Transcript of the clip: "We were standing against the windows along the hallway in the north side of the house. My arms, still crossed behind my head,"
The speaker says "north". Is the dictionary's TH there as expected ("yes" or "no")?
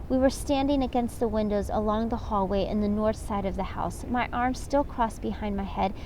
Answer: yes